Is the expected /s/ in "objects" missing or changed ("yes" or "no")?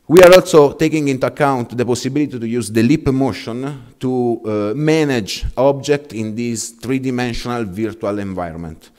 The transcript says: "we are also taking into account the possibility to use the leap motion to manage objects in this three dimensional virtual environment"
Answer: yes